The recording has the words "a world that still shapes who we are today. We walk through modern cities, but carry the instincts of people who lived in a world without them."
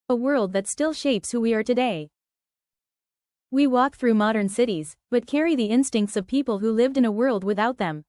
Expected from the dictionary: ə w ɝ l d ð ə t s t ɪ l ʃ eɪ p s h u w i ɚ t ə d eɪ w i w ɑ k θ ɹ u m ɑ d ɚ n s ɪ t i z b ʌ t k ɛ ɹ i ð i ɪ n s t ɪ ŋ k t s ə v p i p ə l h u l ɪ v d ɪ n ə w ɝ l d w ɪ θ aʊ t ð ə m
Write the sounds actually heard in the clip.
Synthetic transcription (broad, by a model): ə w ɝ l d ð ə t s t ɪ l ʃ eɪ p s h u w i ɚ t ə d eɪ w i w ɑ k θ ɹ u m ɑ d ɚ n s ɪ t i z b ʌ t k ɛ ɹ i ð i ɪ n s t ɪ ŋ k t s ə v p i p l h u l ɪ v d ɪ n ə w ɝ l d w ɪ θ aʊ t ð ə m